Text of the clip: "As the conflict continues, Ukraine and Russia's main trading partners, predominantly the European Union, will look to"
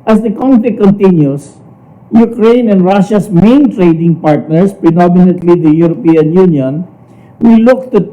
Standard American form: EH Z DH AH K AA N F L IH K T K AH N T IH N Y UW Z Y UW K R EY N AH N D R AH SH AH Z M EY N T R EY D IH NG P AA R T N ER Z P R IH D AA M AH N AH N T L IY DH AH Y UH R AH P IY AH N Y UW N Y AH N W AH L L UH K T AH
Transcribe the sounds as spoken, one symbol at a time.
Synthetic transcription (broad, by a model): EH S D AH K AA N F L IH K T K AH N T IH N Y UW S Y UW K R EY N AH N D R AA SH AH S M EY N T R EY D IH NG P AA R T N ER S P R IH D AA M AH N AH N T L IY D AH Y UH R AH P IY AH N Y UW N Y AH N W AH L L UH K T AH